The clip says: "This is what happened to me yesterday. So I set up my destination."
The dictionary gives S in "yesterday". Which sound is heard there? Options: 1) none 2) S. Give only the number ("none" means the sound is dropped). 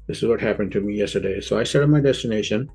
2